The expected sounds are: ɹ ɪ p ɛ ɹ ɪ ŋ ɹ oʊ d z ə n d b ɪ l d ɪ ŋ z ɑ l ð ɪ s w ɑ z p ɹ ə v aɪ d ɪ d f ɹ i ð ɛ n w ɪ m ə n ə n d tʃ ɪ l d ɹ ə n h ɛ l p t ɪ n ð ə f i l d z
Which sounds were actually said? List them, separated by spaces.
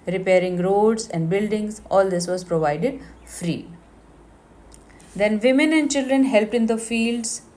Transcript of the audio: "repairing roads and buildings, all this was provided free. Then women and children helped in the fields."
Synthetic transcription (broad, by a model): ɹ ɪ p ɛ ɹ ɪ ŋ ɹ oʊ d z ə n d b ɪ l d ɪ ŋ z ɑ l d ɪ s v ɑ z p ɹ ə v aɪ d ɪ d f ɹ i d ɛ n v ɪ m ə n ə n d tʃ ɪ l d ɹ ə n h ɛ l p t ɪ n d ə f i l d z